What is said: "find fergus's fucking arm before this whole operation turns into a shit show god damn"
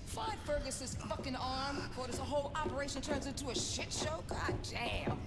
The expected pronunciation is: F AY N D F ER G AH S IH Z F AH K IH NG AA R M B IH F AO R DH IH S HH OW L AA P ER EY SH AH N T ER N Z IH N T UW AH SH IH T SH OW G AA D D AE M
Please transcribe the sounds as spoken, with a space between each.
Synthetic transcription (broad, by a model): F AY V F ER G AH S IH Z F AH K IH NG AA R M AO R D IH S HH OW L AA P ER EY SH AH N T ER N Z IH N T UW AH SH IH T SH OW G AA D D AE